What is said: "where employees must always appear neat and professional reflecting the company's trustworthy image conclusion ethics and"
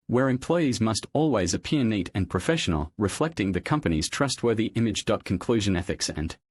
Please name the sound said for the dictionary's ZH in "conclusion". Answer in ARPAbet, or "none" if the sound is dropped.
ZH